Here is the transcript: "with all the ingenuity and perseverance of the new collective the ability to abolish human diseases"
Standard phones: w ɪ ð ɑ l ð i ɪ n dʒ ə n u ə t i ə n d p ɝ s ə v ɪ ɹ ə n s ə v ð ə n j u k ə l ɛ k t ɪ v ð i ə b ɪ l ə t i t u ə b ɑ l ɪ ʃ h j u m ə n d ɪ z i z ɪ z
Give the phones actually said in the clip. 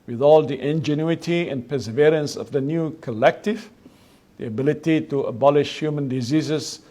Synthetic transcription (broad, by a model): w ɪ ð ɑ l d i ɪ n dʒ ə n u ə t i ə n p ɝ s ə v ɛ ɹ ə n s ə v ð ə n j u k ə l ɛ k t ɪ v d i ə b ɪ l ə t i t u ə b ɑ l ɪ ʃ h j u m ə n d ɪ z i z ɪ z